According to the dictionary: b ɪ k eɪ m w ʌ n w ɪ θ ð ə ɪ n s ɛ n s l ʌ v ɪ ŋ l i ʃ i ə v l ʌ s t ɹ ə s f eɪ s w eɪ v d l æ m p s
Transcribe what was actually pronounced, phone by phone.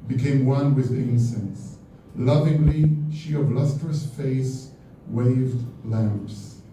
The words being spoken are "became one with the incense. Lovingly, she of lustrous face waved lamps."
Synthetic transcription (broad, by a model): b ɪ k eɪ m w ʌ n w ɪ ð ɪ n s ɛ n s l ʌ v ɪ ŋ l i ʃ i ə v l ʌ s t ɹ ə s f eɪ s w eɪ v d l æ m p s